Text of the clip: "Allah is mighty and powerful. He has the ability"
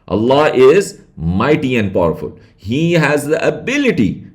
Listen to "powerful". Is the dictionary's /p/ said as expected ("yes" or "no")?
yes